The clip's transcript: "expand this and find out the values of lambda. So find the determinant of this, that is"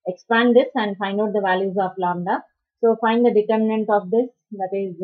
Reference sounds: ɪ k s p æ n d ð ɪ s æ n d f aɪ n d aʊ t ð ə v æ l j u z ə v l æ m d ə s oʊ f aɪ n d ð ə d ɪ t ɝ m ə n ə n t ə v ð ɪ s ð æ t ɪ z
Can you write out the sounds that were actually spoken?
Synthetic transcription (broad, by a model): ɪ k s p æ n d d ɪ s æ n d f aɪ n d aʊ t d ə v æ l j u z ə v l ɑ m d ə s oʊ f aɪ n d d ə d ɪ t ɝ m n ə n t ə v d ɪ s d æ t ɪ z